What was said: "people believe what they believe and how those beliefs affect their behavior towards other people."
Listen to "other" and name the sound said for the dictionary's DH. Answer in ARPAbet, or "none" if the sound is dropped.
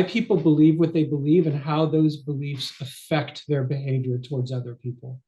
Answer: DH